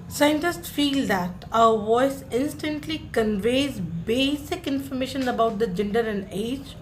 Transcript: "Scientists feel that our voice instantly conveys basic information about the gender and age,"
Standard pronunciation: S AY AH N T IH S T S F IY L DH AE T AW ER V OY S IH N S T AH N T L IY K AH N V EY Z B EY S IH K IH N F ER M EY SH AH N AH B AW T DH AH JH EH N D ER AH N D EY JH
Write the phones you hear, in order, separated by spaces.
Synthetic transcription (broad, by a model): S AY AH N T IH S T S F IY L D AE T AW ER V OY S IH N S T AH N T L IY K AH N V EY Z B EY S IH K IH N F ER M EY SH AH N AH B AW T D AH JH EH N D ER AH N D EY JH